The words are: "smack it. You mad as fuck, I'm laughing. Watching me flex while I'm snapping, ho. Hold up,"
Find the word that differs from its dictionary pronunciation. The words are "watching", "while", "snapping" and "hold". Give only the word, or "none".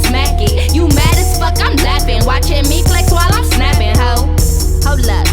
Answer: hold